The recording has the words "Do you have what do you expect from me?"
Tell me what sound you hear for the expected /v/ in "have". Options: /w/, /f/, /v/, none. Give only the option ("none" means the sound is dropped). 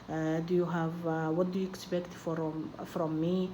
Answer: /v/